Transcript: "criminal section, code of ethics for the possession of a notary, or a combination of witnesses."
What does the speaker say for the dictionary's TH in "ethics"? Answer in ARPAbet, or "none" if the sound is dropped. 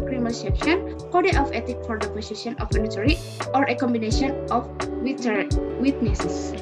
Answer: T